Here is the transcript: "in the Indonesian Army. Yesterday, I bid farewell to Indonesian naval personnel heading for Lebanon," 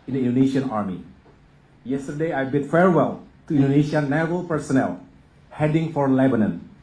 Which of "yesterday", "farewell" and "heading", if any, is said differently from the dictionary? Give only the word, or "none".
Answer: none